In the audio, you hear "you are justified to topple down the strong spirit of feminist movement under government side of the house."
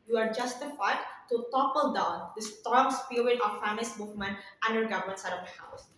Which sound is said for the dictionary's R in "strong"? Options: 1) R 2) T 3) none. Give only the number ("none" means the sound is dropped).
3